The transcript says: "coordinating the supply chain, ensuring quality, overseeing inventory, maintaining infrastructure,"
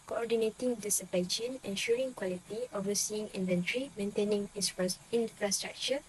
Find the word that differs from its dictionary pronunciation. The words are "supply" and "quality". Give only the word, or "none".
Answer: supply